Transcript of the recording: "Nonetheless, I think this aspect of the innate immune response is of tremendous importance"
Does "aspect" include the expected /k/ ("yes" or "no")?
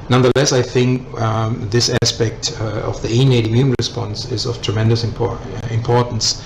yes